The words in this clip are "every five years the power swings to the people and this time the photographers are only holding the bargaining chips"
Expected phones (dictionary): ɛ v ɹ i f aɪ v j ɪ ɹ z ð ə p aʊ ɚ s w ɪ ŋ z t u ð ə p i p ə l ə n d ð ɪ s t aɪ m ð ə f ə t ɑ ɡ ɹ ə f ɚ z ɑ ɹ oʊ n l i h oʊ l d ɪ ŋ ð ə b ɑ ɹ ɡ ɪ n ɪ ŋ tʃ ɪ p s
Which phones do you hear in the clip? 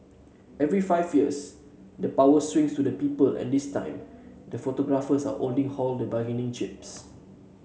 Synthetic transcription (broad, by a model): ɛ v ɹ i f aɪ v j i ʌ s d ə p aʊ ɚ s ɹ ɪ ŋ s t u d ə p i p ə l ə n d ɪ s t aɪ m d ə f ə t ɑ ɡ ɹ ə f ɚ s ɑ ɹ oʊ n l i h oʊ l d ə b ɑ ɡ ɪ n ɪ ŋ tʃ ɪ p s